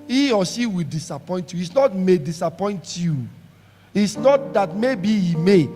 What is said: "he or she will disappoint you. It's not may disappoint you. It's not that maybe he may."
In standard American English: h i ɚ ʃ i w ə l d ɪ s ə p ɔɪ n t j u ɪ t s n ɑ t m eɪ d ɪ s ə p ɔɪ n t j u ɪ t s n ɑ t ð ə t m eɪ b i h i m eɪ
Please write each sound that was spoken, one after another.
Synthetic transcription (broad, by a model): i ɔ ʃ i w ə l d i s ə p ɔɪ n t j u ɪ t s n ɑ t m eɪ d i s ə p ɔɪ n t j u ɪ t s n ɑ t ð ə t m eɪ b i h i m eɪ